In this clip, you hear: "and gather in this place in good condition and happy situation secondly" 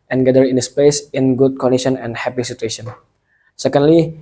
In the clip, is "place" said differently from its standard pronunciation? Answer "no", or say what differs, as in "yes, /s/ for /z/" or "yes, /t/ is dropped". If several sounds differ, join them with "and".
yes, /l/ is dropped